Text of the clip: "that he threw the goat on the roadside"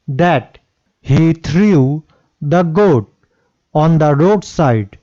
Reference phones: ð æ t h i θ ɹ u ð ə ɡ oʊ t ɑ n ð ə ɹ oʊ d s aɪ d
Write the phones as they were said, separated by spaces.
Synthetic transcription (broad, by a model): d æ t h i t ɹ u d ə ɡ oʊ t ɑ n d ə ɹ oʊ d s aɪ d